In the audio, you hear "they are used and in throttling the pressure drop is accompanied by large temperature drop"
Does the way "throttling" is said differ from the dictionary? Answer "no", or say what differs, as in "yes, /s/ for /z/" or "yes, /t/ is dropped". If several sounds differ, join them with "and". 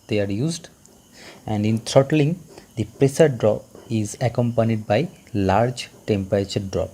yes, /t/ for /θ/